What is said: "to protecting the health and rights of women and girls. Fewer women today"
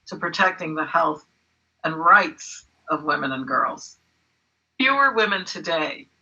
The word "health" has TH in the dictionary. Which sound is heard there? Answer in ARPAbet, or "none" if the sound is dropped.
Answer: TH